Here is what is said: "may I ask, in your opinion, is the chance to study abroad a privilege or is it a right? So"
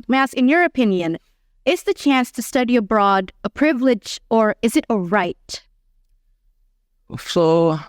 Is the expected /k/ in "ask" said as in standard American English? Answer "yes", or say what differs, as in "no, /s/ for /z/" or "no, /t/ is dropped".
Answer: no, /k/ is dropped